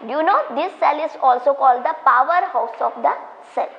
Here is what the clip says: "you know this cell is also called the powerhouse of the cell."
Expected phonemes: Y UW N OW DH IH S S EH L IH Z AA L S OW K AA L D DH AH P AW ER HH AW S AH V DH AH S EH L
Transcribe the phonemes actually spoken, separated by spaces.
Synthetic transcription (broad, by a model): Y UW N OW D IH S S EH L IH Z AA L S OW K AA L D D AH P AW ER HH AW S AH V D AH S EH L